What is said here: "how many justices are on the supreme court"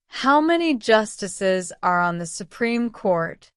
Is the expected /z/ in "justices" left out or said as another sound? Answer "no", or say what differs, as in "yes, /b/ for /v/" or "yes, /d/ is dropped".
no